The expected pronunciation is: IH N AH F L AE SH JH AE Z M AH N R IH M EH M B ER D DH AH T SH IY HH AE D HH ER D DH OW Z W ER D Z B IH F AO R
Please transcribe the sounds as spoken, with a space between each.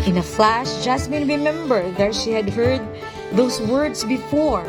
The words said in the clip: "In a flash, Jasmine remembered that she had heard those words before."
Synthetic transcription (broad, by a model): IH N AH F L AE SH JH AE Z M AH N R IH M EH M B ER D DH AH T SH IY HH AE D HH ER D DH OW S W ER D S B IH F AO R